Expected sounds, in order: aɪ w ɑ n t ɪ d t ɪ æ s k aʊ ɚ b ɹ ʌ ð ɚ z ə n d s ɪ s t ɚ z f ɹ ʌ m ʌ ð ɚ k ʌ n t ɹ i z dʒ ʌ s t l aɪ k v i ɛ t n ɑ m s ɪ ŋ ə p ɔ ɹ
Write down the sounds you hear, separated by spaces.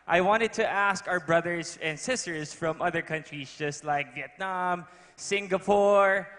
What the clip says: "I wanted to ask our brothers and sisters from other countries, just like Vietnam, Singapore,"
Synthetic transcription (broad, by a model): aɪ w ɑ n t ɪ d t ɪ æ s k aʊ ɚ b ɹ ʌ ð ɚ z ə n d s ɪ s t ɚ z f ɹ ʌ m ʌ ð ɚ k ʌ n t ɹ i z dʒ ʌ s t l aɪ k v i ɛ t n ɑ m s ɪ ŋ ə p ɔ ɹ